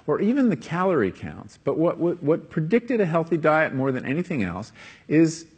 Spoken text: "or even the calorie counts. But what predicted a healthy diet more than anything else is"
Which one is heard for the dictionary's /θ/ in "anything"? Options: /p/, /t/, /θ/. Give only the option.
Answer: /θ/